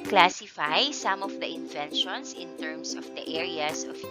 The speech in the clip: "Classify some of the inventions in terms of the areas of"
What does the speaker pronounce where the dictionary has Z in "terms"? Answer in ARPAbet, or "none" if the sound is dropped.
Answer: S